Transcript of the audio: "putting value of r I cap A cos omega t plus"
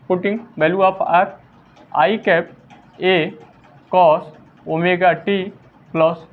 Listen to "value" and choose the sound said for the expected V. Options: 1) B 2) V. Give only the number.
1